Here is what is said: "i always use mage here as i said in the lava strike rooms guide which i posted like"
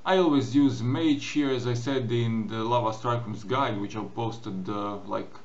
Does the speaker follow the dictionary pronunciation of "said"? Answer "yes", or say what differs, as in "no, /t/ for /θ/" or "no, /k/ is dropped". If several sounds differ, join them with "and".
yes